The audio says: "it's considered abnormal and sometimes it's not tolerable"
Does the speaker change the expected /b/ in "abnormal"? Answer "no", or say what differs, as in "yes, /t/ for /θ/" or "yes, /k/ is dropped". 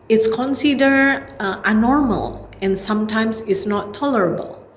yes, /b/ is dropped